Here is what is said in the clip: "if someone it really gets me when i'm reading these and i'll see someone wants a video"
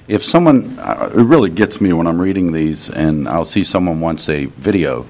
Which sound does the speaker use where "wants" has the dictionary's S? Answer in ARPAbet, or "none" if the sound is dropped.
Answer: S